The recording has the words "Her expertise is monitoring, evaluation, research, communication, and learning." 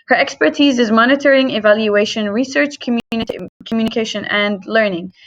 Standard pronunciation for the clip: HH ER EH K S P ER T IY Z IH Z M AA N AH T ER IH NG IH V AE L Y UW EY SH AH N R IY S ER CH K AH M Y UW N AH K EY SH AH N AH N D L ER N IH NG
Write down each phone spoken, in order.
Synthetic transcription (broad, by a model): HH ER EH K S P ER T IY Z IH Z M AA N AH T ER IH NG IH V AE L Y UW EY SH AH N R IY S ER CH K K M Y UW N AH K EY SH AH N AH N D L ER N IH NG